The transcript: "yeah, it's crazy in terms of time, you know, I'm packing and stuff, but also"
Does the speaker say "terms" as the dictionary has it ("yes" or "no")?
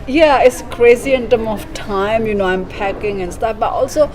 no